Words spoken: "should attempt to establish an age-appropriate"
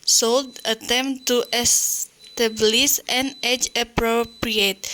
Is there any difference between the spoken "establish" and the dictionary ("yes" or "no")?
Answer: yes